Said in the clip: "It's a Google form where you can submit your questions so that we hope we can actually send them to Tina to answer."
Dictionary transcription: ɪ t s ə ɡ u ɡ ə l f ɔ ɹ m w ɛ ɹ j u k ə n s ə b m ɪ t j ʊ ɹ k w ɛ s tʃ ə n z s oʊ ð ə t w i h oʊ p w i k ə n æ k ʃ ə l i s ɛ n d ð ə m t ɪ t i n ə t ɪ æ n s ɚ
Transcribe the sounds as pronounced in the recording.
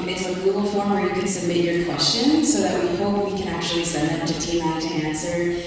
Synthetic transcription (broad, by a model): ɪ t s ə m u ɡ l f ɔ ɹ m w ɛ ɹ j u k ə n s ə m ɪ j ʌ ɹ k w ɛ s tʃ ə n s oʊ ð ə t w i h oʊ p w i k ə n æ k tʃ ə l i s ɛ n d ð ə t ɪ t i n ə t ɪ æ n s ɚ